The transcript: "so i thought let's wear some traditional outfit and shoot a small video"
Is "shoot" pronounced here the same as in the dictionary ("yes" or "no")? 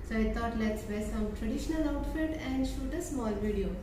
yes